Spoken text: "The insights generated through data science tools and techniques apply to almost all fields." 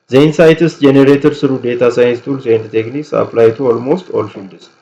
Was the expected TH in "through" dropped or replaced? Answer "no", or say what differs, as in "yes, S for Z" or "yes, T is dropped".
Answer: yes, S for TH